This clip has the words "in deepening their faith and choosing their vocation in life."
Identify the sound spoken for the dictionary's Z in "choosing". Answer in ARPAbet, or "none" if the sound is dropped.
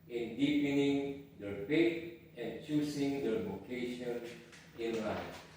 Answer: S